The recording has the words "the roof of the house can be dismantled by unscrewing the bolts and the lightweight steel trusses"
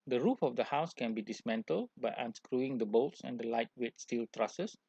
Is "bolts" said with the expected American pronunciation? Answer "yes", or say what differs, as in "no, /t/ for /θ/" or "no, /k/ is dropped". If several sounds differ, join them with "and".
yes